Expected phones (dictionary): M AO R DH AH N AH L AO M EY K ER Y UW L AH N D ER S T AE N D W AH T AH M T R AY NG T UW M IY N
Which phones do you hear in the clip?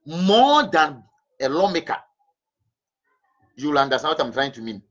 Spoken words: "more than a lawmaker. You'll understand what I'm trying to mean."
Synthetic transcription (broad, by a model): M AO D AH N AH L AO M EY K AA Y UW L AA N D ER S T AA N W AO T AH M T R AY NG T UW M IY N